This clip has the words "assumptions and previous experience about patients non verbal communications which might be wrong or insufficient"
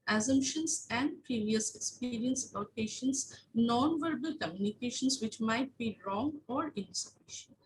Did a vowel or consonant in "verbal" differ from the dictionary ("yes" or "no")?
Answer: no